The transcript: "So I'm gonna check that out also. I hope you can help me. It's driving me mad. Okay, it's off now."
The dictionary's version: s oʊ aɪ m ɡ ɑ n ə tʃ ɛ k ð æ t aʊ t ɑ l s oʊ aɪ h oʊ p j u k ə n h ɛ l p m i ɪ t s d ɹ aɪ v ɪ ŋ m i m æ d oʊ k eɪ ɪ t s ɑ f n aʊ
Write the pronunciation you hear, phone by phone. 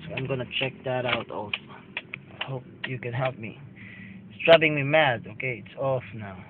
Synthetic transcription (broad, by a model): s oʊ aɪ m ɡ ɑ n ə tʃ ɛ k ð æ t aʊ t ɑ l s oʊ aɪ h oʊ p j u k ə n h ɛ l p m i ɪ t s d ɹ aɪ b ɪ ŋ m i m æ d oʊ k eɪ ɪ t s ɑ f n aʊ